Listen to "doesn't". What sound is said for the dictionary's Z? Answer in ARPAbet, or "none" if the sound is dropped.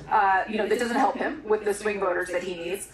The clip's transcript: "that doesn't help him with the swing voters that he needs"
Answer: Z